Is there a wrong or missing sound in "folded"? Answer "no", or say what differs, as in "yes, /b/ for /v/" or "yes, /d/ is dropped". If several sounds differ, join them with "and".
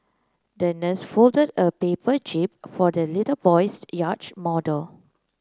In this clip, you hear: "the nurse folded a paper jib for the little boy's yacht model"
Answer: no